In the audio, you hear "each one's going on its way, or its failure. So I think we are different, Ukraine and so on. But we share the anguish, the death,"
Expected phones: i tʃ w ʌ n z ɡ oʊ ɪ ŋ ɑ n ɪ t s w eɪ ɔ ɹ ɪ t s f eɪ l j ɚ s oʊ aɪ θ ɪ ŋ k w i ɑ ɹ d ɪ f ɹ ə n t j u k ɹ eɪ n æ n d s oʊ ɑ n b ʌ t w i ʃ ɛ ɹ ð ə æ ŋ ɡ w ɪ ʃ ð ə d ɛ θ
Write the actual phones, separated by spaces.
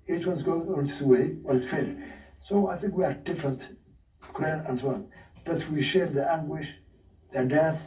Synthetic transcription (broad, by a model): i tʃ w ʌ n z ɡ oʊ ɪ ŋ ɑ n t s w eɪ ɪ w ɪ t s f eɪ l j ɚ s oʊ aɪ θ ɪ ŋ k w i ɑ ɹ d ɪ f ɹ ə n t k l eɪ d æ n s oʊ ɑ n b ʌ t w i ʃ ɛ ɹ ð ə æ ŋ ɡ w ɪ ʃ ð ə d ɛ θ